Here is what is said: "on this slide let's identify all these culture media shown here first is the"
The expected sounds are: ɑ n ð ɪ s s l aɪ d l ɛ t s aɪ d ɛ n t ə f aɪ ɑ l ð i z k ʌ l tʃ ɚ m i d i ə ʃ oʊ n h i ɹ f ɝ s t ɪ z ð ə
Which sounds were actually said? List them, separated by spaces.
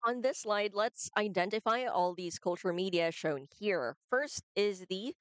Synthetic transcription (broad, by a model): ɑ n ð ɪ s s l aɪ d l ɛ t s aɪ d ɛ n t ə f aɪ ɑ l ð i z k ʌ l tʃ ɚ m i d i ə ʃ oʊ n h i ɹ f ɝ s t ɪ z ð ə